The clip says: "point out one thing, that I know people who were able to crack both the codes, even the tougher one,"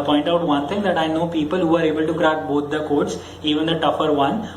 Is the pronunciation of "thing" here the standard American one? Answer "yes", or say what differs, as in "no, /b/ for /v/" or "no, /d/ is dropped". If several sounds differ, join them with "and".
no, /t/ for /θ/